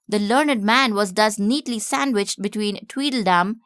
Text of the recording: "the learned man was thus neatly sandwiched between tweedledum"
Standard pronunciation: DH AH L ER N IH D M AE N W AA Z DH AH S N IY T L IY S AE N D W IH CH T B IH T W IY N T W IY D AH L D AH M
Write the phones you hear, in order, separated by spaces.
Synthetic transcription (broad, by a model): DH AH L ER N IH D M AE N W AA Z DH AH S N IY T L IY S AE N D W IH CH T B IH T W IY N T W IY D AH L D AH M